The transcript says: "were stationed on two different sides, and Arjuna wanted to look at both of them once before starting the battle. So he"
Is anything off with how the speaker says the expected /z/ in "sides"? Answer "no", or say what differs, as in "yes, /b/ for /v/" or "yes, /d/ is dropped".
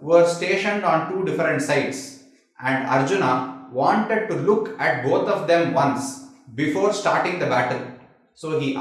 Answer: yes, /s/ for /z/